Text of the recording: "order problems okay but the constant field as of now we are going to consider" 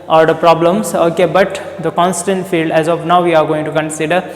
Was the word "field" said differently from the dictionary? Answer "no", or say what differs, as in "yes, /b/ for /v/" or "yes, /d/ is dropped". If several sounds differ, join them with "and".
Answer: no